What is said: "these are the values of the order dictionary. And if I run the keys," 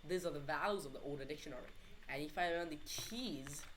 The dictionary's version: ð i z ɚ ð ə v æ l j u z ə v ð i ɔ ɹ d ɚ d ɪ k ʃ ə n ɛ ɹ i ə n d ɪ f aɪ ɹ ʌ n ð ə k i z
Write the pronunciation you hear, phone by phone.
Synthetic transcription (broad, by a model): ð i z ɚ ð ə v æ l j u z ə v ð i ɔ l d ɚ d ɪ k ʃ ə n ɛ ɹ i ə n ɪ f aɪ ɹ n ð ə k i z